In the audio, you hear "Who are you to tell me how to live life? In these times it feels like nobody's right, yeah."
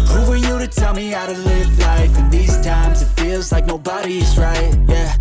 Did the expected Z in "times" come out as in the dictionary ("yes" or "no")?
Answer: yes